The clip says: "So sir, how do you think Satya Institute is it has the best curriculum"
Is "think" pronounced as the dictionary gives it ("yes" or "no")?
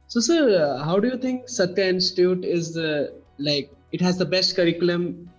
no